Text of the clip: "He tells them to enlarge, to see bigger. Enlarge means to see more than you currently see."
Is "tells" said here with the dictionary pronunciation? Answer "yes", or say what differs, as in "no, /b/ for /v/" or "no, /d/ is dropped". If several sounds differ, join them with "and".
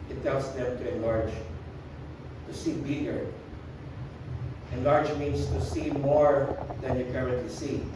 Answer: no, /s/ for /z/